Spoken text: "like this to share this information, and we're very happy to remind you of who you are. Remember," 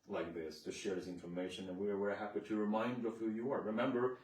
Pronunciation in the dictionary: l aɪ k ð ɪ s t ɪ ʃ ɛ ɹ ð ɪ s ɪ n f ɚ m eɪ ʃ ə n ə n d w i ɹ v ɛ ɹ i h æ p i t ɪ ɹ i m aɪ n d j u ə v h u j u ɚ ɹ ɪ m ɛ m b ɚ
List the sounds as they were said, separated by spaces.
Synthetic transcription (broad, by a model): l aɪ k ð ɪ s t ɪ ʃ ɛ ɹ ð ɪ s ɪ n f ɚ m eɪ ʃ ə n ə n w i ɹ w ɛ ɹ h æ p i t ɪ ɹ i m aɪ n d ə v h u j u ɚ ɹ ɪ m ɛ m b ɚ